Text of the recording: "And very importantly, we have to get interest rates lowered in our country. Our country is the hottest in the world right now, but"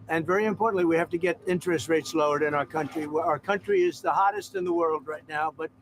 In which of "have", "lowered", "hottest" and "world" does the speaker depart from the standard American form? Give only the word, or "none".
have